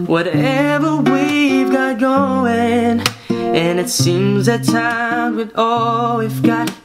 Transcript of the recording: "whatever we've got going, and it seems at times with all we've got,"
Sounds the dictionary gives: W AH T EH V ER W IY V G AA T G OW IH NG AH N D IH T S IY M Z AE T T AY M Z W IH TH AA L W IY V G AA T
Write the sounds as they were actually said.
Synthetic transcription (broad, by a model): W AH T EH V ER W IY V G AA T G OW IH NG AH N IH T S IY M Z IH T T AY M W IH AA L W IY F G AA T